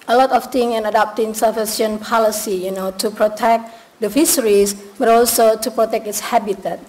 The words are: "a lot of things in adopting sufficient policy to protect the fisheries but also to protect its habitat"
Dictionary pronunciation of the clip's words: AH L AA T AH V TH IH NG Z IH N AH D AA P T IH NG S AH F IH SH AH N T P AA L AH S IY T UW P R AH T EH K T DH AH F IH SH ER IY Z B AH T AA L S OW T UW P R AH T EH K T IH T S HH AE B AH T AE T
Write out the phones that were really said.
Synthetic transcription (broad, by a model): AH L AA T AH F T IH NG IH N AH D AA P T IH NG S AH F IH S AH N P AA L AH S IY T UW P R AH T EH K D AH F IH S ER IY S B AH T AA L S OW T UW P R AH T EH K T IH T S HH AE B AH T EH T